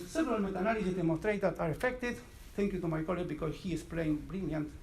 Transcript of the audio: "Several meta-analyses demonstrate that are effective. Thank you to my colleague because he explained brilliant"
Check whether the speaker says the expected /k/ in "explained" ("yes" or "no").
no